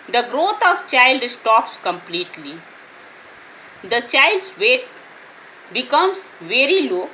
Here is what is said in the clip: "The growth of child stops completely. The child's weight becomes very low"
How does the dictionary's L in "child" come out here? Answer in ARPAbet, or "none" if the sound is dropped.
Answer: L